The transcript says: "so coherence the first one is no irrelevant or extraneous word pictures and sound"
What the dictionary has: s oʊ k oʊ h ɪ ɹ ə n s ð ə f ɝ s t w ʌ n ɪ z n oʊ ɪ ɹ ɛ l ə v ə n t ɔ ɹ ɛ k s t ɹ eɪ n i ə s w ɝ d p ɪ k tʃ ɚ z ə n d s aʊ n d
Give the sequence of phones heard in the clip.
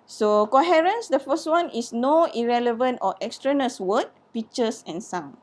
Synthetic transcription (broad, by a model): s oʊ k oʊ h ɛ ɹ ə n s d ə f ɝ s t w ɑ n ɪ s n oʊ ɪ ɹ ɛ l ə v ə n t ɔ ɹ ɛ k s t ɹ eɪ n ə s w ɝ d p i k tʃ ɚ s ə n s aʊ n